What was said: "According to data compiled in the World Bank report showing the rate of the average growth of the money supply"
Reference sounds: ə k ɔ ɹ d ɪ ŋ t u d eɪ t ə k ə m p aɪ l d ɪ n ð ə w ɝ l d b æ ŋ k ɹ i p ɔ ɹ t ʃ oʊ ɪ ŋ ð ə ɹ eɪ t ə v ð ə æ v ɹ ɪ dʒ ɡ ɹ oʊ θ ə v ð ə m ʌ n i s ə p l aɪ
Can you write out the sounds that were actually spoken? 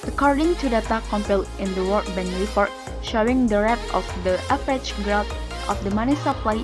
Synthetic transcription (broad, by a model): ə k ɔ ɹ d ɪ ŋ t u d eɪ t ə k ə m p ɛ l ɪ n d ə w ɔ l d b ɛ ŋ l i f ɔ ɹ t ʃ oʊ ɪ ŋ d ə ɹ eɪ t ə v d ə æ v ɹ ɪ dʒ ɡ ɹ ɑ t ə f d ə m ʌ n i s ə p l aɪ